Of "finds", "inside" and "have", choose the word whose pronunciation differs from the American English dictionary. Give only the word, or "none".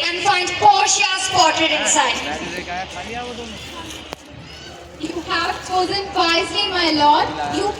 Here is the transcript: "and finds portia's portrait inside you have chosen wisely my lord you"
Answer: finds